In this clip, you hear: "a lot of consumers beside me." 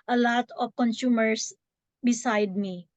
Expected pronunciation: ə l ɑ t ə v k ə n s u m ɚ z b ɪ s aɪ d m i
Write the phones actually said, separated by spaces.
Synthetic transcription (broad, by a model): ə l ɑ t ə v k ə n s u m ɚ s b ɪ s aɪ d m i